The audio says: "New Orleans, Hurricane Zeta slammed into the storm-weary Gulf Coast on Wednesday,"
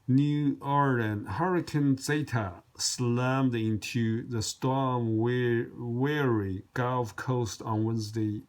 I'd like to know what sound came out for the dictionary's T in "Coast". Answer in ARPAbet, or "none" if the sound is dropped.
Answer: T